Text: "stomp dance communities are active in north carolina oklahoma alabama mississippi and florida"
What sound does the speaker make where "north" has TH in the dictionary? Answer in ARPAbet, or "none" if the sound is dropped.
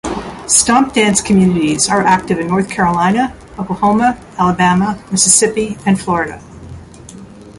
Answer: TH